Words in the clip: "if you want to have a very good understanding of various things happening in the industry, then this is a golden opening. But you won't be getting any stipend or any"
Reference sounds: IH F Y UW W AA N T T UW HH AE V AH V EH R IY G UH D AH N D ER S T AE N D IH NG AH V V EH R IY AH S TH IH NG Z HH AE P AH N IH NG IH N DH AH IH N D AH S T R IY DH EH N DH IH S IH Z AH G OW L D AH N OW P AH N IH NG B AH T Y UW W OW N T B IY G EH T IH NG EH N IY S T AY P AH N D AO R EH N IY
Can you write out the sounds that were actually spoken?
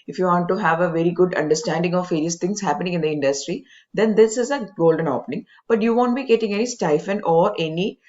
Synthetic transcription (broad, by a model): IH F Y UW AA N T T UW HH AE V AH V EH R IY G UH D AH N D ER S T AE N D IH NG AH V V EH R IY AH S T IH NG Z HH AE P AH N IH NG IH N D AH IH N D AH S T R IY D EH N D IH S IH Z AH G OW L D AH N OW P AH N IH NG B AH T Y UW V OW N T B IY G EH T IH NG EH N IY S T AY F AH N AO R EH N IY